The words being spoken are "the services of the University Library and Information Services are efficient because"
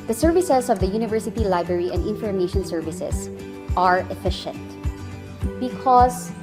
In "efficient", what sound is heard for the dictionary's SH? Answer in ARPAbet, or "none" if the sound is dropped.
SH